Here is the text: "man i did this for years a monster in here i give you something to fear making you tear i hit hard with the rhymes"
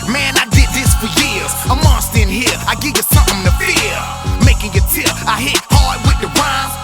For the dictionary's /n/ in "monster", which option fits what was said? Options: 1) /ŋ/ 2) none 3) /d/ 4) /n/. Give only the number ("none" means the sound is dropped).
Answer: 2